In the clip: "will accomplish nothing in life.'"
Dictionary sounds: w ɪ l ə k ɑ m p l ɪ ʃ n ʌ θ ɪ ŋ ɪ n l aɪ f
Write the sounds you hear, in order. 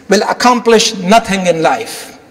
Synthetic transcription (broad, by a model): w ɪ l ə k ɑ m p l ɪ ʃ n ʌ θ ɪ ŋ ɪ n l aɪ f